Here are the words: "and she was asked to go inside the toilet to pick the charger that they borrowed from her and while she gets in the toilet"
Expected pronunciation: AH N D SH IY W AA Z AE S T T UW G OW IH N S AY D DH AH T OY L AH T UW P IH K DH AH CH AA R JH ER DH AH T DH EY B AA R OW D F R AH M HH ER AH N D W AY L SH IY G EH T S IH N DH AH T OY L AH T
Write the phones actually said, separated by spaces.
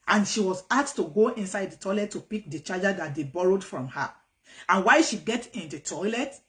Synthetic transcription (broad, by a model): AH N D SH IY W AA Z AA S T T UW G OW IH N S AY D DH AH T OY L AH T UW P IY K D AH CH AA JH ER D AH T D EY B AA R OW D F R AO M HH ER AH N W AY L SH IY G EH T IH N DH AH T OY L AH T